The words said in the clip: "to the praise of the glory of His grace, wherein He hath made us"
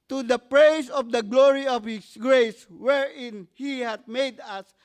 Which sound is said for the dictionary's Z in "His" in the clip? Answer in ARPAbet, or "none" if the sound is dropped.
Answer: S